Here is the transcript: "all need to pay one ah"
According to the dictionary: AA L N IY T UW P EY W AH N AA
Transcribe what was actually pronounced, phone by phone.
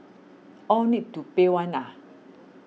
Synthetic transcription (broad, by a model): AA W N IY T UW P EY W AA N AA